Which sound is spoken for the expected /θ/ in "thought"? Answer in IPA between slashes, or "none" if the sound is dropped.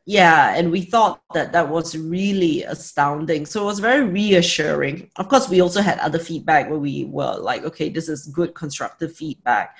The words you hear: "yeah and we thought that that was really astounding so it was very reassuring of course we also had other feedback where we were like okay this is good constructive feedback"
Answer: /θ/